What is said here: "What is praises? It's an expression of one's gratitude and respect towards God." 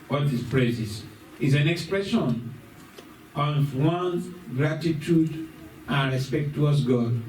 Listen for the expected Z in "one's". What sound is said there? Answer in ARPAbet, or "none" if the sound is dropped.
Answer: none